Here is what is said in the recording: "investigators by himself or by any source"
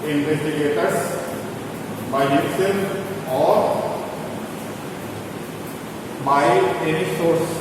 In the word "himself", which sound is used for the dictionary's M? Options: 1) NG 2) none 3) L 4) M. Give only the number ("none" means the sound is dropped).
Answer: 2